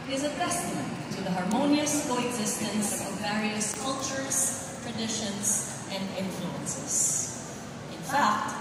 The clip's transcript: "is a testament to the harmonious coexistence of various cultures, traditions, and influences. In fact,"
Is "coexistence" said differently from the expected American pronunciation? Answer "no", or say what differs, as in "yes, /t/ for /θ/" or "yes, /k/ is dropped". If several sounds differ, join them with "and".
no